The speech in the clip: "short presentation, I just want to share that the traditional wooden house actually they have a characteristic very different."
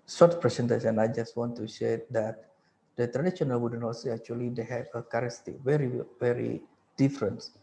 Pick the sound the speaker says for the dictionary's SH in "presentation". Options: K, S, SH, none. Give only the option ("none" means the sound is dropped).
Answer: S